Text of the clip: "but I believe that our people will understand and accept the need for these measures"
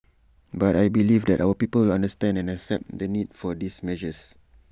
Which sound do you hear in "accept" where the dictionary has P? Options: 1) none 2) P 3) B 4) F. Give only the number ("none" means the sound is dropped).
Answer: 2